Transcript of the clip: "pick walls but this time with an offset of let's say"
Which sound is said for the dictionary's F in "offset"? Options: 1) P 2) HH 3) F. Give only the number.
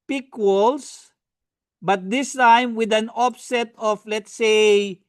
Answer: 1